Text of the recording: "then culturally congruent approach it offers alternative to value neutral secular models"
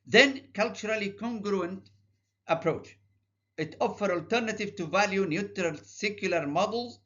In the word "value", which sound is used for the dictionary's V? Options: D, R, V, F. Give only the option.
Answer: V